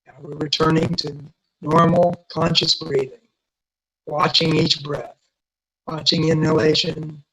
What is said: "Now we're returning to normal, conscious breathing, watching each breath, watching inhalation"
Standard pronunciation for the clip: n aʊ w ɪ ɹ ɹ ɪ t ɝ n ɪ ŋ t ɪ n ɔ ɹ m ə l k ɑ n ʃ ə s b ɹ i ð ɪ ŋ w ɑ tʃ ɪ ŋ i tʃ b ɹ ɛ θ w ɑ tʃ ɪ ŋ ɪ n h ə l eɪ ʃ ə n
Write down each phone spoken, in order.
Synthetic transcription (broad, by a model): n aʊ w ɪ ɹ ɹ ɪ t ɝ n ɪ ŋ t ɪ n ɔ ɹ m l k ɑ n ʃ ə s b ɹ i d ɪ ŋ w ɑ tʃ ɪ ŋ i tʃ b ɹ ɛ θ w ɑ tʃ ɪ ŋ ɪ n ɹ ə l eɪ ʃ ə n